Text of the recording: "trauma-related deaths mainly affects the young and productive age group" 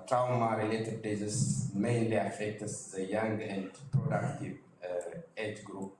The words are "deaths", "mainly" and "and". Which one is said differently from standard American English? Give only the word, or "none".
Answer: deaths